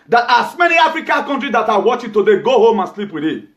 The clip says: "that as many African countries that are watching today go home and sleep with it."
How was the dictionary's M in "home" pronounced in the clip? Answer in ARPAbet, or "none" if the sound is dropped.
M